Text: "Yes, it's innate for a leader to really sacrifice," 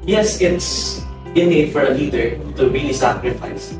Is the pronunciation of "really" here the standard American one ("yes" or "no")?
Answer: yes